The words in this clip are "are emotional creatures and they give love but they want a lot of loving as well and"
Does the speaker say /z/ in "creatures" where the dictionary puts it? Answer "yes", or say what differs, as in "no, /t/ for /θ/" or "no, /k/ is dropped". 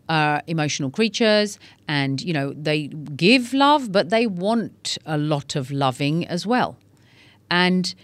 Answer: yes